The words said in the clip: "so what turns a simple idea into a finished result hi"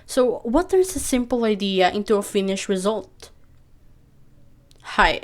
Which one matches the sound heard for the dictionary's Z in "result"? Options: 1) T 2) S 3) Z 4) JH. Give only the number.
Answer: 3